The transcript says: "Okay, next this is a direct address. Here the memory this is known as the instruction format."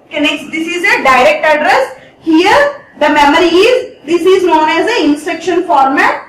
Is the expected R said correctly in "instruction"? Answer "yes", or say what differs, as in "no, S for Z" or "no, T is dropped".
no, R is dropped